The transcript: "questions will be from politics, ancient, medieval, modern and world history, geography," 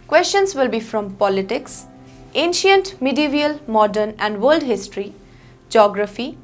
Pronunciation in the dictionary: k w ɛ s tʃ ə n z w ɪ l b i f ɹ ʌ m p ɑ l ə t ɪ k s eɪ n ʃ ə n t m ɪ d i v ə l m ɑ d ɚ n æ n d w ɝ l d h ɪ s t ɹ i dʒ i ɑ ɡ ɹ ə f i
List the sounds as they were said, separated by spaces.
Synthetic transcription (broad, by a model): k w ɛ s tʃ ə n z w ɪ l b i f ɹ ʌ m p ɑ l ə t ɪ k s eɪ n ʃ ə n t m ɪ d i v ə l m ɑ d ɚ n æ n d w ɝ l d h ɪ s t ɹ i dʒ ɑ ɡ ɹ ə f i